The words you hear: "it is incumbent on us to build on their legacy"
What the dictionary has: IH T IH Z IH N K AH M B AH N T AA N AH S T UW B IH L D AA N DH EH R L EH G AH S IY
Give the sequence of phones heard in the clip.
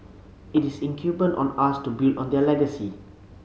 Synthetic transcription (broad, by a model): IH T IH S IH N K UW B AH N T AA N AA S T UW B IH L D AA N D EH L EH G AH S IY